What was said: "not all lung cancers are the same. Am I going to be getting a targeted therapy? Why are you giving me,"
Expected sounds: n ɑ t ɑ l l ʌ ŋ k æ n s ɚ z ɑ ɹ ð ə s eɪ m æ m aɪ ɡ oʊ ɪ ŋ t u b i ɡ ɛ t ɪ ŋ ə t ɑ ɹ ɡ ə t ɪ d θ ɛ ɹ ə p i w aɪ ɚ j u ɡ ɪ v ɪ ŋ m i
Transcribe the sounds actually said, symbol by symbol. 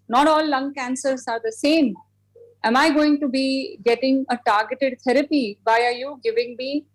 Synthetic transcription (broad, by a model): n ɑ t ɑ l l ʌ ŋ k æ n s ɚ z ɑ ɹ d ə s eɪ m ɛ m aɪ ɡ oʊ ɪ ŋ t u b i ɡ ɛ t ɪ ŋ ə t ɑ ɹ ɡ ə t ɪ d t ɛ ɹ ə p i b aɪ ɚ j u ɡ ɪ v ɪ ŋ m i